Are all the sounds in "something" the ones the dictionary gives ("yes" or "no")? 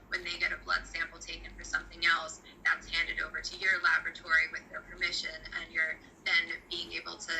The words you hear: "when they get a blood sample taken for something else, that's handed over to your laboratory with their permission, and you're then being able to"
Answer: yes